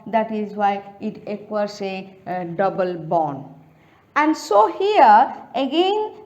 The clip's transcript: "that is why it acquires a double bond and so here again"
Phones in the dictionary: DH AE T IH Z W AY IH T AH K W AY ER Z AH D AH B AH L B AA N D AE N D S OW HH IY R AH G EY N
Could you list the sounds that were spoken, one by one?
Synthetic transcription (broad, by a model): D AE T IH Z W AY IH T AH K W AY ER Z AH D AH B AH L B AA N AE N D S OW HH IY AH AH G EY N